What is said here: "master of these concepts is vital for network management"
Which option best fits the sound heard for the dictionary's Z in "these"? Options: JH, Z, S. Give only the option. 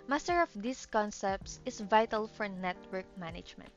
S